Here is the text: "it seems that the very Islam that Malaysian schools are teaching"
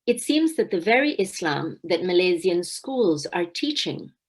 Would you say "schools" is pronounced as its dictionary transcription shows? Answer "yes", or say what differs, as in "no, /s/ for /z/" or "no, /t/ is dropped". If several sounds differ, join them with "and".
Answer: yes